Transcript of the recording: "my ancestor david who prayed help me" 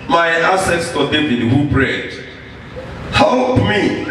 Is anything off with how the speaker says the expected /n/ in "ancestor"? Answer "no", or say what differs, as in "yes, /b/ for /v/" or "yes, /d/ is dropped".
yes, /n/ is dropped